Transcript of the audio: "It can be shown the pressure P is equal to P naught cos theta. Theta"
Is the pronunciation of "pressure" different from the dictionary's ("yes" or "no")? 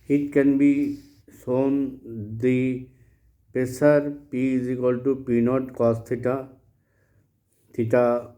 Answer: yes